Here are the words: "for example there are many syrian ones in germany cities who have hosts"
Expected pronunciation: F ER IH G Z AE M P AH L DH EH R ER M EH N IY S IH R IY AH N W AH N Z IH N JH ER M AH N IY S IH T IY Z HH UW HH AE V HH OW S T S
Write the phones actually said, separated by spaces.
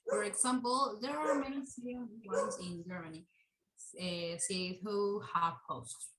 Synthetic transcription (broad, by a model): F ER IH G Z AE M P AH L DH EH R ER M EH N IY S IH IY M W AH N Z IH N JH ER M AH N IY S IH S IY HH UW HH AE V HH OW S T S